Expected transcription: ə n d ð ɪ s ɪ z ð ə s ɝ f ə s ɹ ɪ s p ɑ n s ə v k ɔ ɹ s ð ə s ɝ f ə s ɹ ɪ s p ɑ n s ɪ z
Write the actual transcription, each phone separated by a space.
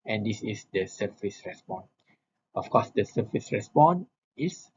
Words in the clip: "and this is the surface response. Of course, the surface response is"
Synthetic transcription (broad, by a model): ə n d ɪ s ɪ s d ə s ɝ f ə s ɹ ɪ s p ɑ n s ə f k ɔ s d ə s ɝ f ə s ɹ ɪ s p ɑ n ɪ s